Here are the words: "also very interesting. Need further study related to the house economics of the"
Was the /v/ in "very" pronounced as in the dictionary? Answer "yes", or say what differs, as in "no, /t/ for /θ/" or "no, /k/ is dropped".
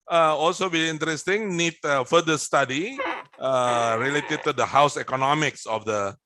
no, /b/ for /v/